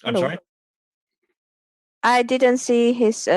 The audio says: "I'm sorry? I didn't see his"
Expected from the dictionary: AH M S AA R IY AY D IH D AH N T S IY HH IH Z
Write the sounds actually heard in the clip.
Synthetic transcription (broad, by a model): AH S AA IY D IH D AH N T S IY HH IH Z